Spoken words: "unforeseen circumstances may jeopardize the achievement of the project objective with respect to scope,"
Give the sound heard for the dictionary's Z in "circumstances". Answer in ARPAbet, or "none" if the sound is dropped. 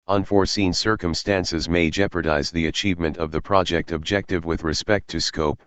Z